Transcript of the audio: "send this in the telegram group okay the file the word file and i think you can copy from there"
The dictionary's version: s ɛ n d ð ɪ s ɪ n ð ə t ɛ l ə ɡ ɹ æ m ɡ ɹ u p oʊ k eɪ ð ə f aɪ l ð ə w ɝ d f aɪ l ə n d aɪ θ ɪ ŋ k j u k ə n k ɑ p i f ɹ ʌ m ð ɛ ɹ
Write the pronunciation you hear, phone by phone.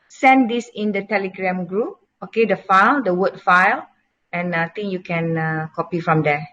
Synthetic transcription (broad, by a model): s ɛ n d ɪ s ɪ n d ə t ɛ l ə ɡ ɹ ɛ m ɡ ɹ u p oʊ k eɪ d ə f aɪ l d ə w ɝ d f aɪ l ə n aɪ t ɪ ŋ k j u k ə n k ɑ p i f ɹ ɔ m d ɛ